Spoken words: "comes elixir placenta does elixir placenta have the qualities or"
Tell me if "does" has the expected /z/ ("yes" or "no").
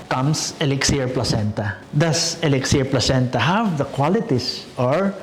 no